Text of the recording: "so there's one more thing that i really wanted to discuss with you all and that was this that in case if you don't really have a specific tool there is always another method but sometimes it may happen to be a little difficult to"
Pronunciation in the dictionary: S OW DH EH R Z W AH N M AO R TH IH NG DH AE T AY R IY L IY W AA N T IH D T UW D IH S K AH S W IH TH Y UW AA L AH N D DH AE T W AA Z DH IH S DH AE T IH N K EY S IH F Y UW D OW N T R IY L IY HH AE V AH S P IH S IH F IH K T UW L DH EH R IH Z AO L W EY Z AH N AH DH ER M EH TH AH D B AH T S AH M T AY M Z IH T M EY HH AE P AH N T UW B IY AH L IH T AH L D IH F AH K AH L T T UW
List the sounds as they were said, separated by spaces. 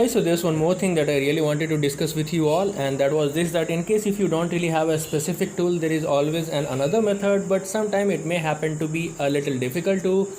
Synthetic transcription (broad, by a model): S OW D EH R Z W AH N M AO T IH NG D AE T AY R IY L IY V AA N T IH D T UW D IH S K AH S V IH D Y UW AA L AH N D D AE T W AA Z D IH S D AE T IH N K EY S IH F Y UW D OW N T R IY L IY HH AE V AH S P IH S IH F IH K T UW L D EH R IH Z AO L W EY Z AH N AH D ER M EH T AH D B AH T S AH M T AY M IH T M EY HH AE P AH N T UW B IY AH L IH T AH L D IH F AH K AH L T T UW